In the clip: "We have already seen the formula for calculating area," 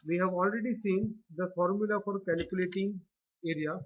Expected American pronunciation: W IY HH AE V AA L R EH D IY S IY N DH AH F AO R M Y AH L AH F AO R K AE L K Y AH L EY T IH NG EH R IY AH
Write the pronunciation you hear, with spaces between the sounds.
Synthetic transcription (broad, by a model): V IY HH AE V AA L R EH D IY S IY N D AH F AO R M Y AH L AH F AO R K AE L K Y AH L EY T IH NG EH R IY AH